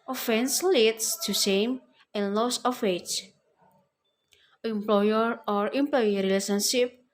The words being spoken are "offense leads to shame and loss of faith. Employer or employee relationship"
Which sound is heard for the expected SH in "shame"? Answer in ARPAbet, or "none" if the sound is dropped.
S